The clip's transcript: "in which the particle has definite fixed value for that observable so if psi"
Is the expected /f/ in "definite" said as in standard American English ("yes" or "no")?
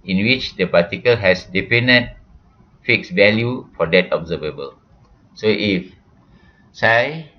no